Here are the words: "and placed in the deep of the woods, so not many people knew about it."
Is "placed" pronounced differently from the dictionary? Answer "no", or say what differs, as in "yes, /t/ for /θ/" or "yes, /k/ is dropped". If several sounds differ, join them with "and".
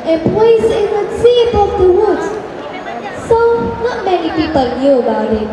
yes, /t/ is dropped